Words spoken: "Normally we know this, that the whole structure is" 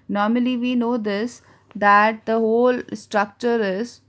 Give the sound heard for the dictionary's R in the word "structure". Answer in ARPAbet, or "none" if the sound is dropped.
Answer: R